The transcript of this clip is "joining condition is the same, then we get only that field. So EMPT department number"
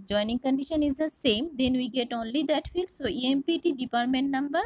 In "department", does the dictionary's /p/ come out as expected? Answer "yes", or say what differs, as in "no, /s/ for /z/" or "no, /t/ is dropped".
yes